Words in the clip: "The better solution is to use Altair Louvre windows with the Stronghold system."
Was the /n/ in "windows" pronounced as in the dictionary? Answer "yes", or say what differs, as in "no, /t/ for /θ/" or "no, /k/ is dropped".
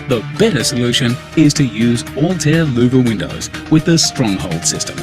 yes